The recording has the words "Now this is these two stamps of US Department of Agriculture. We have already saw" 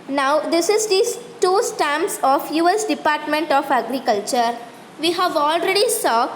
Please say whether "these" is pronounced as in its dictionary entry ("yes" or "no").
no